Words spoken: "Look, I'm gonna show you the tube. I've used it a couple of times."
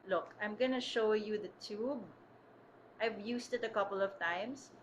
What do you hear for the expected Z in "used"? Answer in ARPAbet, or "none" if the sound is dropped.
S